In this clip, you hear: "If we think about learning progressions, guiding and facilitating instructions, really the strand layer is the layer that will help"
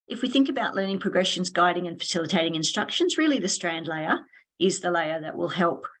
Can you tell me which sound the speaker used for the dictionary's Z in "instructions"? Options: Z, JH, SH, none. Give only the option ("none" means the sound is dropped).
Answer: Z